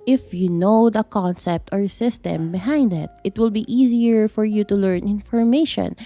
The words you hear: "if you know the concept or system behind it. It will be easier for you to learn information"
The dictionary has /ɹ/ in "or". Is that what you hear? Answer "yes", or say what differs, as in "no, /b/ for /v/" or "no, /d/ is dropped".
yes